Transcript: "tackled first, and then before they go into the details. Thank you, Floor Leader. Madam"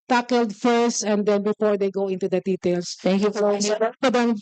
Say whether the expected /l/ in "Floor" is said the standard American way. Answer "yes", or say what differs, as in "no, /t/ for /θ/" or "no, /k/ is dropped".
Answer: no, /l/ is dropped